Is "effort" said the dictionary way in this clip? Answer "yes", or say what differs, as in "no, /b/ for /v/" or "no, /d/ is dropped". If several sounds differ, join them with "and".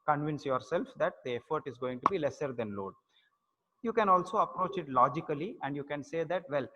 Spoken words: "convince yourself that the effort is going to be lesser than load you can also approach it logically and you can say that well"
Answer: yes